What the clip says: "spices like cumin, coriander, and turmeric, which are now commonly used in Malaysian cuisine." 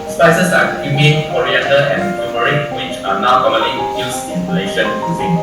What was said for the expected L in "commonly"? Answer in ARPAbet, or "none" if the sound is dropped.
L